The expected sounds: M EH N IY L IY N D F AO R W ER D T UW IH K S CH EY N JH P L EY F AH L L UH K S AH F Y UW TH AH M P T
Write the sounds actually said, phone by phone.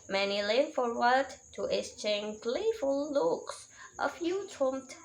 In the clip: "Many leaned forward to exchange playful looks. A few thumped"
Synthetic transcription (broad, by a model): M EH N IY L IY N F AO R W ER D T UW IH S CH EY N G L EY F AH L L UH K S AH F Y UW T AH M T